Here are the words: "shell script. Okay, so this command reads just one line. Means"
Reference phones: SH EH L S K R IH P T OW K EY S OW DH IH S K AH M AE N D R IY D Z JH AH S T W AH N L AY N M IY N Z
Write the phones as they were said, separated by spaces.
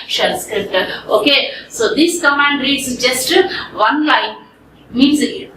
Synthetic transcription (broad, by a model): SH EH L S K R IH P T OW K EY S OW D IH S K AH M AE N D R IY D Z JH AH S T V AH N L AY N M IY N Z